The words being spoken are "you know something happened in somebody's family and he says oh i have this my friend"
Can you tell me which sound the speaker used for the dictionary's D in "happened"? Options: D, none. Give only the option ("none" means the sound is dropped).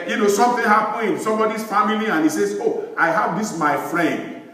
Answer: none